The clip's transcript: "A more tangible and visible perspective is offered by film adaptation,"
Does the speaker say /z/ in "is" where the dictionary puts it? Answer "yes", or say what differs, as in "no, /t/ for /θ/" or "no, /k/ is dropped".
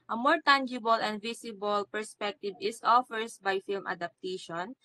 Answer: no, /s/ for /z/